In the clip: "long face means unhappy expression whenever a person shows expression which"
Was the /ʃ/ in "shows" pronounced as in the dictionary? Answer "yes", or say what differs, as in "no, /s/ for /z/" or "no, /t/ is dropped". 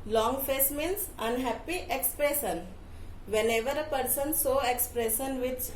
no, /s/ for /ʃ/